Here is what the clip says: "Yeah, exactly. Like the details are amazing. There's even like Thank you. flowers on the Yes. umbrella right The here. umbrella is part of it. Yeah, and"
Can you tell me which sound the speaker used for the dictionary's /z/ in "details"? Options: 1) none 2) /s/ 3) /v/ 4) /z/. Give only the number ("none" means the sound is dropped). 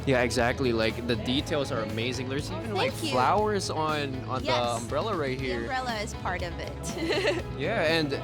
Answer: 4